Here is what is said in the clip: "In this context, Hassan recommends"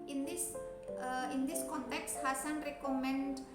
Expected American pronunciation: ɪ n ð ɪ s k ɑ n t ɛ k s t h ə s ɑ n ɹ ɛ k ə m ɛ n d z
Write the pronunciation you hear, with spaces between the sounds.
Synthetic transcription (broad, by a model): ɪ n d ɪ s k ɑ n t ɛ k s t h ə s ɑ n ɹ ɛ k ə m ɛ n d